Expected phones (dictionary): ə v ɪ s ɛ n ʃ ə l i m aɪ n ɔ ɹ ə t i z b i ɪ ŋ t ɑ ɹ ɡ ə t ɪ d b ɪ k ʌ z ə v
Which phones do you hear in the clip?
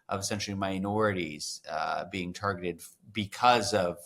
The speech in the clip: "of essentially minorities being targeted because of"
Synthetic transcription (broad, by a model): ə v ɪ s ɛ n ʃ l i m aɪ n ɔ ɹ ə t i z b i ɪ ŋ t ɑ ɹ ɡ ə t ɪ d b ɪ k ʌ z ə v